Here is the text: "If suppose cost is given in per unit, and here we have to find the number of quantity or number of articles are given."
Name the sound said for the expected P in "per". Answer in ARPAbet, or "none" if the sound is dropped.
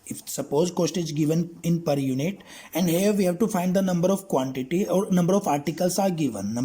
P